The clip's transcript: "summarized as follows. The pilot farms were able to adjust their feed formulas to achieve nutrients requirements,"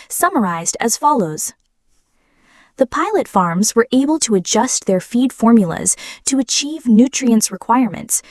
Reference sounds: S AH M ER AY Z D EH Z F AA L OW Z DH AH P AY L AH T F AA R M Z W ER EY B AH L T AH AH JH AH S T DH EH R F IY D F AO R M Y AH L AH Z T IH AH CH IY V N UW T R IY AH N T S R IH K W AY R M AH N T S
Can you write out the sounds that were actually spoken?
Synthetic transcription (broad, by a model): S AH M ER AY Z D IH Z F AA L OW Z DH AH P AY L AH T F AA R M Z W ER EY B AH L T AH AH JH AH S T DH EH R F IY D F AO R M Y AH L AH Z T IH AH CH IY V N UW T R IY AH N S R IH K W AY R M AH N T S